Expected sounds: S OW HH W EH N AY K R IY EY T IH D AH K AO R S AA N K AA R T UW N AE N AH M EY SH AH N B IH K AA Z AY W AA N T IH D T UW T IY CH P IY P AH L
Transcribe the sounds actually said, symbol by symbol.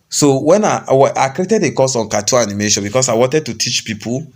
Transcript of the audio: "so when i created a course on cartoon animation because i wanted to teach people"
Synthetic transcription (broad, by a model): S OW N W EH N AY K R IY EY T IH D AH K AO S AA N K AA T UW AA N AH M EY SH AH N B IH K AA S AY W AA N T IH D T UW T IY CH P IY P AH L